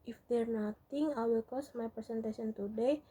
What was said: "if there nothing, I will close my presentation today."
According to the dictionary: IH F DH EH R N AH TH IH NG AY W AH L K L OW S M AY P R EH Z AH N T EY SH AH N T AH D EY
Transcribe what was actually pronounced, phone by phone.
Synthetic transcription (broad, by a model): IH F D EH R N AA T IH NG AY W AH L K OW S M AY P R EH S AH N T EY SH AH N T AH D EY